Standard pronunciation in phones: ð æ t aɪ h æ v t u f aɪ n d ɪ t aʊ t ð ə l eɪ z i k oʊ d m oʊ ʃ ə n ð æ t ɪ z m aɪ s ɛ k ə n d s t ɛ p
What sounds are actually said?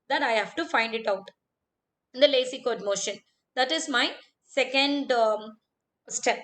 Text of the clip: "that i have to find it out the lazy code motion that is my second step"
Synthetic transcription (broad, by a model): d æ t aɪ h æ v t u f aɪ n d ɪ t aʊ t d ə l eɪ s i k oʊ d m oʊ ʃ ə n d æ t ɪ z m aɪ s ɛ k ə n d s t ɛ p